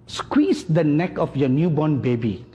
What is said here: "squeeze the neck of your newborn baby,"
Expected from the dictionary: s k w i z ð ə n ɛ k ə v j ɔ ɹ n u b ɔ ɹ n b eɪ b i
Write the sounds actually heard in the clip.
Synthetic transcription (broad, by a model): s k w i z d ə n ɛ k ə f j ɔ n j u b ɔ n b eɪ b i